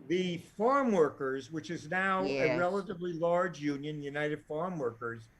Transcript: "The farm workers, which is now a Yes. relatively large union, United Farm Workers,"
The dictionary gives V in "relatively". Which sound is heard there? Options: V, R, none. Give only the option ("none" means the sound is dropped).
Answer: V